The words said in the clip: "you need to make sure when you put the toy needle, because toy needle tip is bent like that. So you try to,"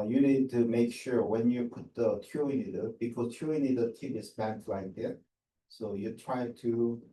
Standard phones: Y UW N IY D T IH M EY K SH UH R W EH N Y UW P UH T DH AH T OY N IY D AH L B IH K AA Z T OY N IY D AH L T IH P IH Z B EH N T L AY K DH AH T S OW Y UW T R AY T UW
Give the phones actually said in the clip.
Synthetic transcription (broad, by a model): Y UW N IY D T IH M EY K SH UH R W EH N Y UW P UH T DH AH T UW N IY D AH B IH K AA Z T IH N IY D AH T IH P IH S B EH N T L AY K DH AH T S OW Y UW T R AY T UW